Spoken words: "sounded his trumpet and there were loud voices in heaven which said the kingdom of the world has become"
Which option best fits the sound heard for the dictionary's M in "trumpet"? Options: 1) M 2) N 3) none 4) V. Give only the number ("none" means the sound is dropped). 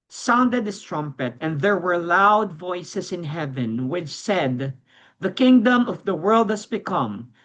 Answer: 1